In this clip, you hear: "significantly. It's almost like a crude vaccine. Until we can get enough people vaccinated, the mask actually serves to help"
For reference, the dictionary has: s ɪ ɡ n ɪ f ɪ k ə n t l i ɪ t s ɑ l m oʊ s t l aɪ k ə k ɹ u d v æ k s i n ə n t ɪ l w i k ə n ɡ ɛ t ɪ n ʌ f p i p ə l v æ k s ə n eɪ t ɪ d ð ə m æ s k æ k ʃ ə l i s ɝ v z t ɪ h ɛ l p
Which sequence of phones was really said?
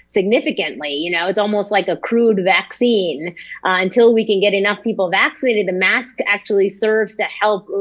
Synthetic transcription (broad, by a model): s ɪ ɡ n ɪ f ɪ k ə n t l i ɪ t s ɑ l m oʊ s t l aɪ k ə k ɹ u d v æ k s i n ə n t ɪ l w i k ə n ɡ ɛ t ɪ n ʌ f p i p l v æ k s ə n eɪ t ɪ d ð ə m æ s k æ k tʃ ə l i s ɝ v z t ɪ h ɛ l p